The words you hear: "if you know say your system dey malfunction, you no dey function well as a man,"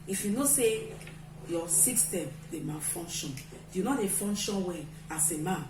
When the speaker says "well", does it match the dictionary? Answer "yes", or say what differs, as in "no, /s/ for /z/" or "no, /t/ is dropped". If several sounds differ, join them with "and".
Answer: no, /n/ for /l/